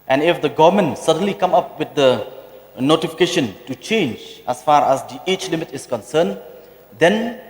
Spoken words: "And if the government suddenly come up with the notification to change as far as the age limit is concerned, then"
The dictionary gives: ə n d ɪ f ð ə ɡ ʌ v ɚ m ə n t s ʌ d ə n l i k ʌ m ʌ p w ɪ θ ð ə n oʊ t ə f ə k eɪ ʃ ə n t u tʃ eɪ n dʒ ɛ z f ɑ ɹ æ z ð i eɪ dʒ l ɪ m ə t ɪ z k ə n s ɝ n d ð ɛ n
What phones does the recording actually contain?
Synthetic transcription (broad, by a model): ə n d ɪ f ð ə ɡ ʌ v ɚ m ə n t s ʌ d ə n l i k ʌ m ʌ p w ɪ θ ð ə n oʊ t ə f ə k eɪ ʃ ə n t u tʃ eɪ n dʒ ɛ s f ɑ ɹ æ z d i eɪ tʃ l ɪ m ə t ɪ s k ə n s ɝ n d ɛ n